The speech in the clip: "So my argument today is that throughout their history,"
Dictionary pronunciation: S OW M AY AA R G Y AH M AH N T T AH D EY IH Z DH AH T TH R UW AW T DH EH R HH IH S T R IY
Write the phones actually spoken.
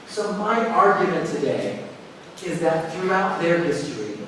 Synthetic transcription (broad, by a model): S OW M AY AA R G Y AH M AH N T T AH D EY IH Z DH AH T TH R UW AW T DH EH R HH IH S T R IY